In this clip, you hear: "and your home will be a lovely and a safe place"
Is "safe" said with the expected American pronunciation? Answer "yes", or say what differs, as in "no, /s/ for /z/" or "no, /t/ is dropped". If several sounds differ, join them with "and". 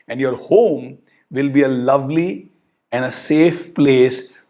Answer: yes